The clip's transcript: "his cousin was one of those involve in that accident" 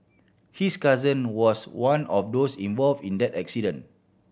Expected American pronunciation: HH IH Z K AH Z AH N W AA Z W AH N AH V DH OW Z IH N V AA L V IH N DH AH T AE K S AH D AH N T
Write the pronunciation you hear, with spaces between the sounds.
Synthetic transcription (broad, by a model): HH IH S K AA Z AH N W AA S W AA N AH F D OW S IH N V AA L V IH N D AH T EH K S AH D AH N